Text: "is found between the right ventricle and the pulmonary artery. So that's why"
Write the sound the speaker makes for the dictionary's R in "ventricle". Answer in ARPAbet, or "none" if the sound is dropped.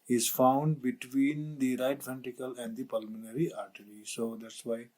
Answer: none